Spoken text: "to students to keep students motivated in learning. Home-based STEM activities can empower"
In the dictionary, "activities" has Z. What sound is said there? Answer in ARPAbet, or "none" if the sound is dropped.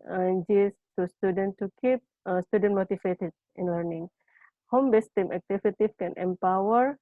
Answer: none